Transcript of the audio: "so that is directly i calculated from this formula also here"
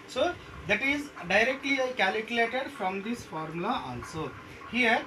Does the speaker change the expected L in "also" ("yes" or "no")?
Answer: yes